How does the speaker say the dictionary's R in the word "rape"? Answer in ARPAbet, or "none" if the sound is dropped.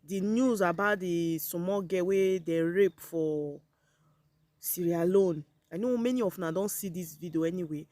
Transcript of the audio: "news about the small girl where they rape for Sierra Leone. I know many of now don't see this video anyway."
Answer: R